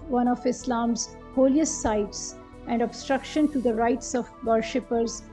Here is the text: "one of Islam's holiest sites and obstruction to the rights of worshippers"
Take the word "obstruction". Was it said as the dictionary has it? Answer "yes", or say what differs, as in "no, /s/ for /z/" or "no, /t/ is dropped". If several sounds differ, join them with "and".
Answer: yes